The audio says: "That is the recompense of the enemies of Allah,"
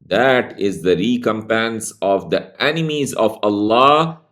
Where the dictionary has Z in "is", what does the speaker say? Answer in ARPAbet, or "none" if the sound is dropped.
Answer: Z